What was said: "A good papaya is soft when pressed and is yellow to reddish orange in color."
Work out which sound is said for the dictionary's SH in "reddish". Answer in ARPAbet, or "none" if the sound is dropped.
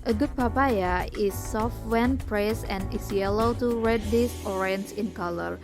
S